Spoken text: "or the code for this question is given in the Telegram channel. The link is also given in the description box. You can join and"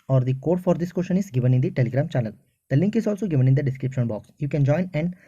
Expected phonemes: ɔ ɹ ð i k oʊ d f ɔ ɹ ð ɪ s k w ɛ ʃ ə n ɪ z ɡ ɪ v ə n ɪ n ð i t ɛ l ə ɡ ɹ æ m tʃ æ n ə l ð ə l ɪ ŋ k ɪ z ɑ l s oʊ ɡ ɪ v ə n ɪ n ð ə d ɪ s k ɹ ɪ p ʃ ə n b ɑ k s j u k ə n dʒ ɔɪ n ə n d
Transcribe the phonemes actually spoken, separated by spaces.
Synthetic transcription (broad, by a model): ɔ ɹ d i k oʊ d f ɔ ɹ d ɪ s k w ɛ ʃ ə n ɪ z ɡ ɪ v ə n ɪ n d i t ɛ l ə ɡ ɹ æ m tʃ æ l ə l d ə l ɪ ŋ k ɪ z ɑ l s oʊ ɡ ɪ v ə n ɪ n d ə d ɪ s k ɹ ɪ p ʃ ə n b ɑ k s j u k ə n dʒ ɔɪ n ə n d